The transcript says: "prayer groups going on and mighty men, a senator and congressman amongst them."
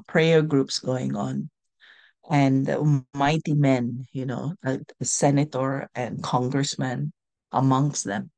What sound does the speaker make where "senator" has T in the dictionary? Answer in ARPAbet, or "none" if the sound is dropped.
T